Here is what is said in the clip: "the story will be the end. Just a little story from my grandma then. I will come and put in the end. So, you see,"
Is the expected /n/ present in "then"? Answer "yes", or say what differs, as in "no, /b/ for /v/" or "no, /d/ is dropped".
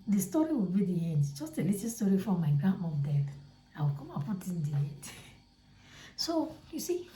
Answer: no, /l/ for /n/